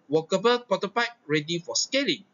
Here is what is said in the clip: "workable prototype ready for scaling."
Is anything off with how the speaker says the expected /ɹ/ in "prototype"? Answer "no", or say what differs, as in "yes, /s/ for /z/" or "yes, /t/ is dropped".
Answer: yes, /ɹ/ is dropped